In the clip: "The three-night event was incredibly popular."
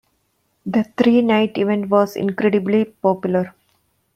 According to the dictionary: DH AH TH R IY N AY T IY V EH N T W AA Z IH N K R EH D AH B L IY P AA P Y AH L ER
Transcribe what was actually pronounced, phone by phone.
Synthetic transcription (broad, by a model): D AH T R IY N AY T IY V EH N T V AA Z IH N K R EH D AH B L IY P AA P Y AH L ER